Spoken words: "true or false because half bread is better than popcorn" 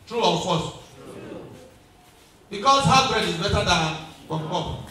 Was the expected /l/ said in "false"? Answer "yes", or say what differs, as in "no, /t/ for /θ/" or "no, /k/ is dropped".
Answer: no, /l/ is dropped